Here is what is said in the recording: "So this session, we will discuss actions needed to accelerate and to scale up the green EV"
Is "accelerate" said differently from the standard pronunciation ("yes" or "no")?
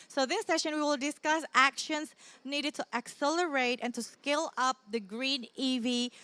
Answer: no